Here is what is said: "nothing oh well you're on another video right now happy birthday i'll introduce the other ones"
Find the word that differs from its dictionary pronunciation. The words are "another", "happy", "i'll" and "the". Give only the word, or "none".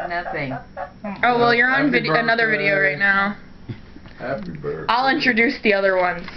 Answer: happy